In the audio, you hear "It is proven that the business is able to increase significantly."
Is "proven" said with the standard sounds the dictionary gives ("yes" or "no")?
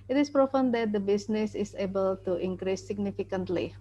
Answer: no